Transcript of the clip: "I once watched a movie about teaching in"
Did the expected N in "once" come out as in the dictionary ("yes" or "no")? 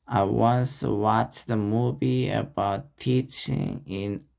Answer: yes